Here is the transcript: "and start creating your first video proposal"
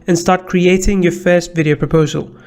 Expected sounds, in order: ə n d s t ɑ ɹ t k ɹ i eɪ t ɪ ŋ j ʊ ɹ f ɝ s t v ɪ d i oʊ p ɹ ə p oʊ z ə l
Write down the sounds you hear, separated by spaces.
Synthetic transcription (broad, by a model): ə n s t ɑ ɹ t k ɹ i eɪ t ɪ ŋ j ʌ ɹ f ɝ s t v ɪ d i oʊ p ɹ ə p oʊ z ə l